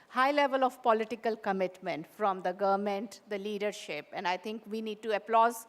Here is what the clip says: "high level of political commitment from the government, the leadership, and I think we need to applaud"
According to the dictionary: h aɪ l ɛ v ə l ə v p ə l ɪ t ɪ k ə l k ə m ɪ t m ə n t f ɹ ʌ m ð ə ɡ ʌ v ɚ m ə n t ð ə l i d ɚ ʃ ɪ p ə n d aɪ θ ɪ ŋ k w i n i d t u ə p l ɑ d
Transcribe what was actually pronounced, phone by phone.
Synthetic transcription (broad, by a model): h aɪ l ɛ v ə l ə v p ə l ɪ t ɪ k ə l k ə m ɪ t m ə n t f ɹ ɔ m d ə ɡ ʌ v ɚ m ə n t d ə l i d ɚ ʃ ɪ p ə n d aɪ t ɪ ŋ k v i n i d t u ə p l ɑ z